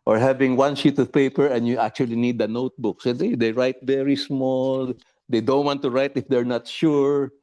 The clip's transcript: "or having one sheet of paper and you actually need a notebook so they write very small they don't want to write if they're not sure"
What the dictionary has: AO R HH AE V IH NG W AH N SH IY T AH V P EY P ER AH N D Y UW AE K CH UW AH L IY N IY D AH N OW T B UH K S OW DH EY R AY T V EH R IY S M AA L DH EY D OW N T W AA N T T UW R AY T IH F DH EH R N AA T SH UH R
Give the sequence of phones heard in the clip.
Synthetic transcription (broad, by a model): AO R HH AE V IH NG W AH N SH IY T AH V P EY P ER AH N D Y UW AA K CH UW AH L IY N IY D AH N OW T B UH K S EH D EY R AY T V EH R IY S M AA L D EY D OW N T W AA N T T UW R AY T IH F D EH R N AA T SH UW R